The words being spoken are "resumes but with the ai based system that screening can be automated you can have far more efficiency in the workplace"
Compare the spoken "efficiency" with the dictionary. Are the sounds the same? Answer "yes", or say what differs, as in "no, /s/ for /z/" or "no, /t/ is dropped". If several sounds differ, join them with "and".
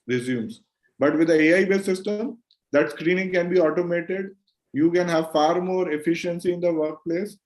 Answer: yes